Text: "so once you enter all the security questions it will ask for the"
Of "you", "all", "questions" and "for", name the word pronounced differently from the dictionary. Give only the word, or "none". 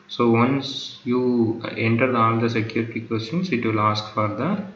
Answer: questions